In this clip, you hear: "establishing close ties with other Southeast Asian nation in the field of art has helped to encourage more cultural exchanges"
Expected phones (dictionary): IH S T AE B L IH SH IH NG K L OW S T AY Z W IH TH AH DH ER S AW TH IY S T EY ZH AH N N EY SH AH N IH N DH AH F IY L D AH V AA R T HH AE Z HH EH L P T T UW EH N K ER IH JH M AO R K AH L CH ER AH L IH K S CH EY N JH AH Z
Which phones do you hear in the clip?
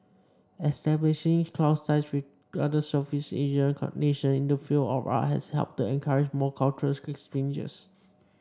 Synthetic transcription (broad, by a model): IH S T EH B L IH SH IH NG K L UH S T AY S W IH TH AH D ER S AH F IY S EY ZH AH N N EY SH AH N IH N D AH F IY L D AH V AA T HH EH S HH EH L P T T UW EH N K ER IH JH M AO K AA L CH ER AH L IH K S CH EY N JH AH S